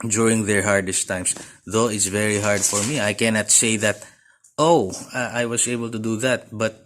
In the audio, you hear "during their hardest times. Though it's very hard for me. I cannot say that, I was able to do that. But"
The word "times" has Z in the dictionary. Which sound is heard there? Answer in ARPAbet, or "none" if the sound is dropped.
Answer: S